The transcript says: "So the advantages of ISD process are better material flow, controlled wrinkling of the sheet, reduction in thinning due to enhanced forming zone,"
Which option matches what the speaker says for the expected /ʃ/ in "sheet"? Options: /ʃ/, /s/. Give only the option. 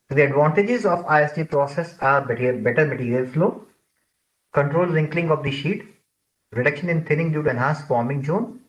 /ʃ/